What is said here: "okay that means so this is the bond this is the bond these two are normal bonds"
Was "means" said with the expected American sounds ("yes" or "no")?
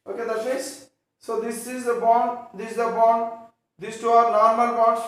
no